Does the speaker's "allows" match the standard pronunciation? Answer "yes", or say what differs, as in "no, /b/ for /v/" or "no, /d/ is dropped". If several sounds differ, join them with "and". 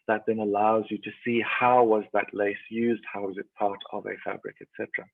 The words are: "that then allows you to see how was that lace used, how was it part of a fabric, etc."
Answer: yes